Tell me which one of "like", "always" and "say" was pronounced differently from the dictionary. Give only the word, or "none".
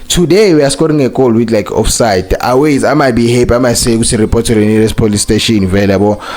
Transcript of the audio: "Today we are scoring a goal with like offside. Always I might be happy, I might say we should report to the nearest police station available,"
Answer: always